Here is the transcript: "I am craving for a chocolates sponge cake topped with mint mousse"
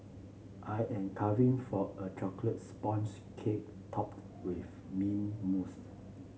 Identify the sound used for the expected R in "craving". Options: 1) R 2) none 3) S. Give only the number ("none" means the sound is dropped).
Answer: 2